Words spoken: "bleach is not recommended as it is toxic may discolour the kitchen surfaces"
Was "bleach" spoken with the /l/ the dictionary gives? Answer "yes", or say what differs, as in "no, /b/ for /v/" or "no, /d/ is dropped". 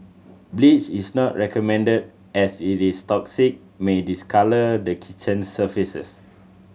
yes